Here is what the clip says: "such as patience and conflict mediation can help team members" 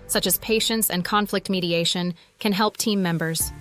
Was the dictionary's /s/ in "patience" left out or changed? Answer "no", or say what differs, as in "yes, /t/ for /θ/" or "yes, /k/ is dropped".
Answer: no